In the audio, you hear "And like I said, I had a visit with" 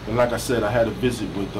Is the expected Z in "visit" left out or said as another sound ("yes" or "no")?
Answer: no